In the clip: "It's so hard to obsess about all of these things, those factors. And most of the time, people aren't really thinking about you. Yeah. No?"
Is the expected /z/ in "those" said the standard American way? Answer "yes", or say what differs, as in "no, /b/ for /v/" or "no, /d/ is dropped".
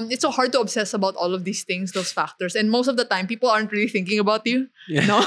no, /s/ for /z/